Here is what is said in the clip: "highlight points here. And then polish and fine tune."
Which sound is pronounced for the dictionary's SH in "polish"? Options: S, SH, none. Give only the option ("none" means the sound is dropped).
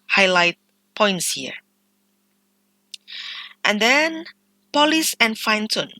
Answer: S